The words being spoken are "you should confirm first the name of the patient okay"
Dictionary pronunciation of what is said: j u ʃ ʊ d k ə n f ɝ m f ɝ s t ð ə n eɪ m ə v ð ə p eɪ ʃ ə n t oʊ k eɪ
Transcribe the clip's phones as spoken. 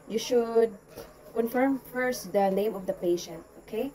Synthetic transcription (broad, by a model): j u ʃ ʊ d k ə n f ɝ m f ɝ s t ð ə n eɪ m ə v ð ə p eɪ ʃ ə n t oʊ k eɪ